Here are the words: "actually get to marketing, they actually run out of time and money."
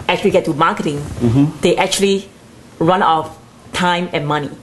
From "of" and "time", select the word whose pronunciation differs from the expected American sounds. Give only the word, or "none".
of